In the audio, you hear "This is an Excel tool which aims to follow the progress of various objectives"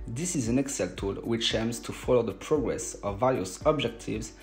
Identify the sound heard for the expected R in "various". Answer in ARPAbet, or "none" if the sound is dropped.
L